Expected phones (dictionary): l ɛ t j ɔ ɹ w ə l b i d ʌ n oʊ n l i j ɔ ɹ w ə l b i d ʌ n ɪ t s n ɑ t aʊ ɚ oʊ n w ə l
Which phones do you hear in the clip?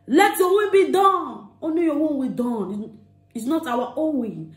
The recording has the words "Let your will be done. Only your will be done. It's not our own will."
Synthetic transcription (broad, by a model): l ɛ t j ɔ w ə b i d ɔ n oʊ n i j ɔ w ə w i d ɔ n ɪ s n ɑ t aʊ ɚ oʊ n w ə